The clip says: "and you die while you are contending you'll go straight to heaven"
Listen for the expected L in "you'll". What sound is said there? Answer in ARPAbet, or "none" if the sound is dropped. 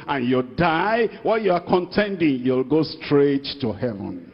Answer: L